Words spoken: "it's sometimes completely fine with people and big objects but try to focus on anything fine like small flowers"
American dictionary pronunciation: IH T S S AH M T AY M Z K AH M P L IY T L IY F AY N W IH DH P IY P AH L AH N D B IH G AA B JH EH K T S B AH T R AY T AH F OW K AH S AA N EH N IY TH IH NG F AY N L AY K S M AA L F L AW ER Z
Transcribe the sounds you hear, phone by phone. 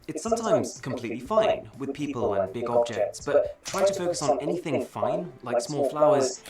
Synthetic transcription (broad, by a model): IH T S S AH M T AY M Z K AH M P L IY T L IY F AY N W IH DH P IY P AH L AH N B IH G AA B JH EH K T S B AH T R AY T AH F OW K AH S N EH N IY TH IH NG F AY N L AY K S M AA L F L AW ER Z